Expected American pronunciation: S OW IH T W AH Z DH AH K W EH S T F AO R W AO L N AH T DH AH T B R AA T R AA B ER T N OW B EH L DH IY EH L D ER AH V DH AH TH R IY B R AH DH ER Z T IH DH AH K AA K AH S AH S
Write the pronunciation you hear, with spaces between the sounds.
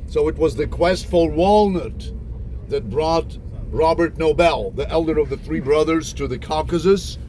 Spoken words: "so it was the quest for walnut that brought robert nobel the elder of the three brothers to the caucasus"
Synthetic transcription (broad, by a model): S OW IH T W AH Z DH AH K W EH S T F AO L W AO L N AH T DH AH T B R AA T R AA B ER T N OW B EH L DH IY EH L D ER AH V DH AH TH R IY B R AH DH ER Z T IH DH AH K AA K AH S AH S